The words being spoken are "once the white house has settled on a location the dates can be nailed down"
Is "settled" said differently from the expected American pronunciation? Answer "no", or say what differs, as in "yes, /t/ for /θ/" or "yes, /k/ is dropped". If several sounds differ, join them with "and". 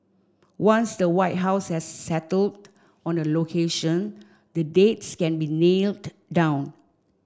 no